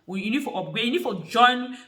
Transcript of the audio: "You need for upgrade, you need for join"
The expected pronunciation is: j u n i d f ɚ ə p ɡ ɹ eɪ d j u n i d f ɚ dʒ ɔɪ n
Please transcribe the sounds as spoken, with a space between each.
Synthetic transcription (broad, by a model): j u n i d f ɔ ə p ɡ eɪ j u n i d f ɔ dʒ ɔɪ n